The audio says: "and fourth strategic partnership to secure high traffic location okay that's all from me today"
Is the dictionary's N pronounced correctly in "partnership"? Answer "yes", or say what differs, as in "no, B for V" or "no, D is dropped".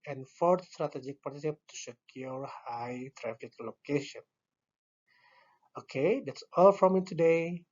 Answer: no, N is dropped